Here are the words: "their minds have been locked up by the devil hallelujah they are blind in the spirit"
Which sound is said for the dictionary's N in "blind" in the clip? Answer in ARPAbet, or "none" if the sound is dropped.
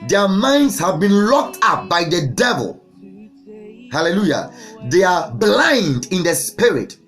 N